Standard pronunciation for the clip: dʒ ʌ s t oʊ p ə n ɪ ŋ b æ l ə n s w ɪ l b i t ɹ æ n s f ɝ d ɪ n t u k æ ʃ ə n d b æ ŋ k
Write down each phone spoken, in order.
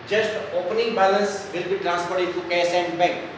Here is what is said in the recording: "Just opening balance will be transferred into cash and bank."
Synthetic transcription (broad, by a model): dʒ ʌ s t oʊ p ə n ɪ ŋ b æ l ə n s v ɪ l b i t ɹ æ n s p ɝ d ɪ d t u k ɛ s ə n d b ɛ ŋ k